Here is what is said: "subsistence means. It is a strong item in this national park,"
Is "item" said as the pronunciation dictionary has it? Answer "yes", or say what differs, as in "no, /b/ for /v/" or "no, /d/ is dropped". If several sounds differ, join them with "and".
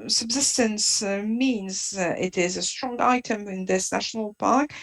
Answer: yes